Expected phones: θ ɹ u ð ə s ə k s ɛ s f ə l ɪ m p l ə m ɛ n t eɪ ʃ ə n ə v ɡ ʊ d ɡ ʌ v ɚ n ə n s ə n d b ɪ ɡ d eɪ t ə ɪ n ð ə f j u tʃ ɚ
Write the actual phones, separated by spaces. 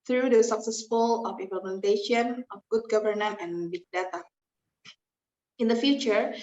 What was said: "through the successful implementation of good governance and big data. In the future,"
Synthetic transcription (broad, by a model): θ ɹ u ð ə s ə k s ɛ s f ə l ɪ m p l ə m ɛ n t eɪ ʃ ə n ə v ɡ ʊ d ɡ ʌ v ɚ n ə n ə n b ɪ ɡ d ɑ t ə ɪ n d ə f j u tʃ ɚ